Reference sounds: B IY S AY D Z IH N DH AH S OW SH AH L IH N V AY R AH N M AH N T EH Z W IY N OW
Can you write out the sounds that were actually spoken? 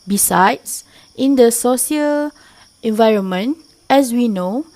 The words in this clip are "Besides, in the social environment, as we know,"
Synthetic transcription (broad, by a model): B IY S AY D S IH N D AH S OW S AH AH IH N V AY R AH N M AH N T EH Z W IY N OW